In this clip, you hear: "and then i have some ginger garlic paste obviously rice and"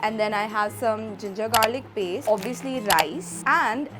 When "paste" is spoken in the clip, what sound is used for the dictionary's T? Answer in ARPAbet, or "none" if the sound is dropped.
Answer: none